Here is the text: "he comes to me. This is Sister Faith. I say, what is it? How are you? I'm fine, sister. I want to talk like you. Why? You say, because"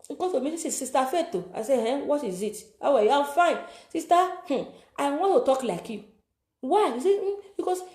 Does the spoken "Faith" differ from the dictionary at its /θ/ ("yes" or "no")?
yes